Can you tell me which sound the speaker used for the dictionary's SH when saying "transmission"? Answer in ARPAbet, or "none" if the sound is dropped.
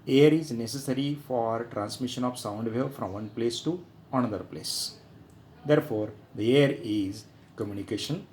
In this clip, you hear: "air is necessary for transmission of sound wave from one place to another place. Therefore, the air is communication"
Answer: SH